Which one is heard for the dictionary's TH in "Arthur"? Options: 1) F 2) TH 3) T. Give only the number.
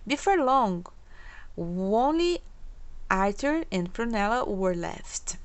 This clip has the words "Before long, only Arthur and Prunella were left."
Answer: 3